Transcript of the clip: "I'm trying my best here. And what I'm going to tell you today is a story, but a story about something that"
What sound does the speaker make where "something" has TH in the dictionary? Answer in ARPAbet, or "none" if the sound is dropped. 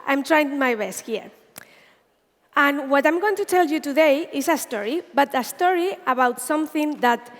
TH